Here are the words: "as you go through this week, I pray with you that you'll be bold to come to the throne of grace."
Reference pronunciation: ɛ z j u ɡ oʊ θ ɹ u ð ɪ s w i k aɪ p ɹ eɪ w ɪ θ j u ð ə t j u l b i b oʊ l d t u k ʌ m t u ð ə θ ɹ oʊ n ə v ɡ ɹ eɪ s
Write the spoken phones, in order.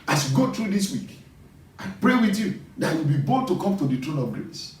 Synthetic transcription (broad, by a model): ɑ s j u ɡ oʊ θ ɹ u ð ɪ s w i k aɪ p ɹ eɪ w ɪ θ j u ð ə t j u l b i b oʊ d t u k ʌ m t u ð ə t ɹ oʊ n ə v ɡ ɹ eɪ s